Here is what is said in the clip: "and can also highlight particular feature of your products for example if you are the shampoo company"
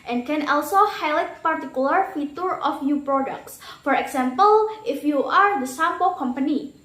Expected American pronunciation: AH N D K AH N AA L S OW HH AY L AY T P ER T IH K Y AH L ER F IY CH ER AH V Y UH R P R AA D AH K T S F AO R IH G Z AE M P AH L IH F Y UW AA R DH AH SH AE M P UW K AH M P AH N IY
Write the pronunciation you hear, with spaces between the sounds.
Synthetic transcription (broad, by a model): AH N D K AH N AA L S OW HH AY L AY T P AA T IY K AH L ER F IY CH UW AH F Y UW P R AA D AH K T S F AO R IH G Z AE M P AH L IH F Y UW AA R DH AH S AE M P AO K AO M P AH N IY